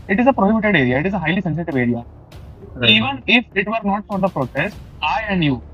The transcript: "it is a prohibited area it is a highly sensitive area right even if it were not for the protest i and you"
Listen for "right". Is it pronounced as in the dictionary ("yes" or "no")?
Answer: no